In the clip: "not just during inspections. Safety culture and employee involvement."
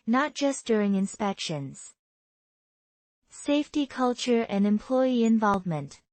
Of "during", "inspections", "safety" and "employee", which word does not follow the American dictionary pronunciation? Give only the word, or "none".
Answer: none